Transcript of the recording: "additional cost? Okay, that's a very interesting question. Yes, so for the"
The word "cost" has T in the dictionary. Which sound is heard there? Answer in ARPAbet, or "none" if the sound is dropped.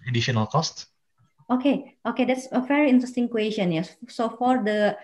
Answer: T